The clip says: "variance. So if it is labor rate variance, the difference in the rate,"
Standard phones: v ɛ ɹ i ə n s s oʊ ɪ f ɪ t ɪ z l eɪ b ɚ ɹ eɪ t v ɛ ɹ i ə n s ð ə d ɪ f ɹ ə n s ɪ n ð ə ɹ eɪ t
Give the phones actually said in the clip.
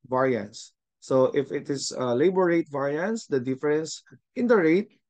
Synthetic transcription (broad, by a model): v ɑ ɹ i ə n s s oʊ ɪ f ɪ t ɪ s l eɪ b ɚ ɹ eɪ t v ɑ ɹ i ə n s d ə d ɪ f ɹ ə n s ɪ n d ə ɹ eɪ t